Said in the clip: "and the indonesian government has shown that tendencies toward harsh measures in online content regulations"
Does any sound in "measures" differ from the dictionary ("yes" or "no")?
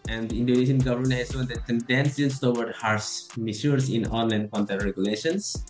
yes